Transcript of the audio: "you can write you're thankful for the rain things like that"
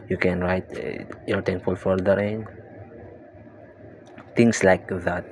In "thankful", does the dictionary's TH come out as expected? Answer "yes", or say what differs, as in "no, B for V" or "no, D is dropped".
no, T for TH